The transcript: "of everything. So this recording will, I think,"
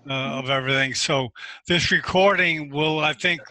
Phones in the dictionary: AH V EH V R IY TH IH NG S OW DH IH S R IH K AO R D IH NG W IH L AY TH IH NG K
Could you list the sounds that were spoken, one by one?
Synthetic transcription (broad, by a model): AH V EH V R IY TH IH NG S OW DH IH S R IH K AO R D IH NG W IH L AY TH IH NG K